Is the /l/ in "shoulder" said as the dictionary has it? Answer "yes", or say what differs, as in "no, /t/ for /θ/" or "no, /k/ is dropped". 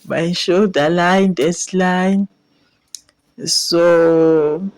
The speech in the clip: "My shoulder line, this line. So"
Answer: no, /l/ is dropped